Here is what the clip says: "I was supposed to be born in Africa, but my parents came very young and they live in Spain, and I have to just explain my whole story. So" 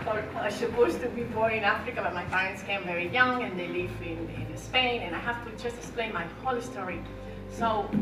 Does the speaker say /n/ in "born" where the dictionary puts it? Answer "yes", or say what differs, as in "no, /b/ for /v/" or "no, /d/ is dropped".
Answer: no, /n/ is dropped